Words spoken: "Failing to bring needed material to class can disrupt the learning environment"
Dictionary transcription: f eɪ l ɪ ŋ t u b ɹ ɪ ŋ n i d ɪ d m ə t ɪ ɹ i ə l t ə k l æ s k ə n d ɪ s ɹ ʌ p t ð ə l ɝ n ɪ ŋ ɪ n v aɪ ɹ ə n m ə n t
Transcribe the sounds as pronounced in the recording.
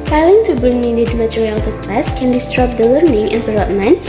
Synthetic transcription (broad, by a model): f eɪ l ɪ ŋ t u b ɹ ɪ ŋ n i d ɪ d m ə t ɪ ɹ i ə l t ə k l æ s k ə n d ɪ s ɹ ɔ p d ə w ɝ n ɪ ŋ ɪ n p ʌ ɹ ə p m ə n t